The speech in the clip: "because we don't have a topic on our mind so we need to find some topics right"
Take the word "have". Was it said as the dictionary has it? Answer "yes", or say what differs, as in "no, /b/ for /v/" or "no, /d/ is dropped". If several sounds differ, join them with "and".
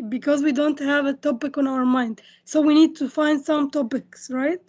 yes